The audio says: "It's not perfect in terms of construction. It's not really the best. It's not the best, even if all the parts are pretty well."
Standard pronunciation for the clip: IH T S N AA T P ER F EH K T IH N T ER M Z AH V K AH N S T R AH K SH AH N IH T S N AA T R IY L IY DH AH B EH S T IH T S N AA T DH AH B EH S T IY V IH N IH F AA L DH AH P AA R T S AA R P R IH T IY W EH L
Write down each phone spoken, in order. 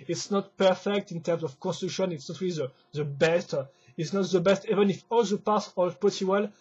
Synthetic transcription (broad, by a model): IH T S N AA T P ER F EH K T IH N T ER M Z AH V K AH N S T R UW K SH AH N IH T S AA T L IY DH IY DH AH B EH S T IH T S N AA T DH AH B EH S T IY V IH N IH F AA L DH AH P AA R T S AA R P AO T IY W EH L